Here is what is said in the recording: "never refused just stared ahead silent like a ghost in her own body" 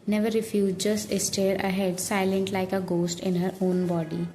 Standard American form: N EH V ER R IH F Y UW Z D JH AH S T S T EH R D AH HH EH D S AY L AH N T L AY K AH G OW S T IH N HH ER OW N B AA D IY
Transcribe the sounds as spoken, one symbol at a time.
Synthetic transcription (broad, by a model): N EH V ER R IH F Y UW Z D JH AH S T S T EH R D AH HH EH D S AY L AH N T L AY K AH G OW S T IH N HH ER OW N B AA D IY